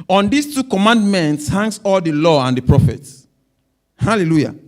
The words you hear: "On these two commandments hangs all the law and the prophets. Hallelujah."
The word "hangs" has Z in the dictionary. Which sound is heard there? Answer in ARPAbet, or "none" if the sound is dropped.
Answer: S